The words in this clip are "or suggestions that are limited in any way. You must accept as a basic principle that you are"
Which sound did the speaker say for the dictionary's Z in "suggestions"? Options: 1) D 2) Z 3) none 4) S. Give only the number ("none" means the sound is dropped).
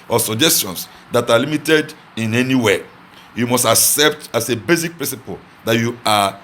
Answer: 4